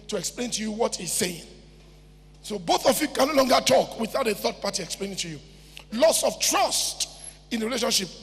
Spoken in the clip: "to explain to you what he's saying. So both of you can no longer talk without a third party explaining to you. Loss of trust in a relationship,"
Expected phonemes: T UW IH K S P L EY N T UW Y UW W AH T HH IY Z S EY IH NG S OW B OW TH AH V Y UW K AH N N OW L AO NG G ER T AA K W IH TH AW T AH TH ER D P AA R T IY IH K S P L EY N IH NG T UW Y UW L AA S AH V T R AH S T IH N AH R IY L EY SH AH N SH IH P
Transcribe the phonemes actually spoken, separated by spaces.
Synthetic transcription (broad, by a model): T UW IH K S P L EY N T UW Y UW W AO T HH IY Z S EY IH NG S OW B OW TH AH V Y UW K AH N N OW L AO NG G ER T AA K W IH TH AW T AH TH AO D P AA T IY IH K S P L EY N IH NG T UW Y UW L AA S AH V T R AH S T IH N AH R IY L EY SH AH N SH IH P